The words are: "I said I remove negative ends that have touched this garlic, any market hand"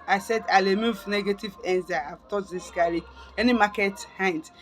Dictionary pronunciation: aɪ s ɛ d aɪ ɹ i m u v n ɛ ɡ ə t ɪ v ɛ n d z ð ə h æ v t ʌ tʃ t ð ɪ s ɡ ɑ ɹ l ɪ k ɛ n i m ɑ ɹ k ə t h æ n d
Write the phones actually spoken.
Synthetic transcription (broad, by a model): aɪ s ɛ d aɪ l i m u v n ɛ ɡ ə t ɪ v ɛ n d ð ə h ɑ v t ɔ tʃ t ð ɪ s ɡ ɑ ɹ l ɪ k ɛ n i m ɑ k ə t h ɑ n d